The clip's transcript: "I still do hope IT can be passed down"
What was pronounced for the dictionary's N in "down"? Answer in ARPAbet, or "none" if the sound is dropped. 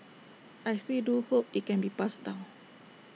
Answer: L